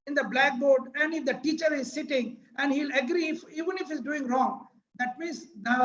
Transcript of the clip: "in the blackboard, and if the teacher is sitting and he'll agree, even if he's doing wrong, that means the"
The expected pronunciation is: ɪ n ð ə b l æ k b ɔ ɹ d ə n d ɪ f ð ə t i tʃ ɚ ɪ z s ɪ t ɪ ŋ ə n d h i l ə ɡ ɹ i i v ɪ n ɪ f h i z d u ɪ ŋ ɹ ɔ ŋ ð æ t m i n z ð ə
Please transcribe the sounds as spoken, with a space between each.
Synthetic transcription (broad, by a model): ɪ n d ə b l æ k b ɔ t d ə n d ɪ f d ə t i tʃ ɚ ɪ z s ɪ t ɪ ŋ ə n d h i l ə ɡ ɹ i i v ɪ n ɪ f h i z d u ɪ ŋ ɹ ɔ ŋ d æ t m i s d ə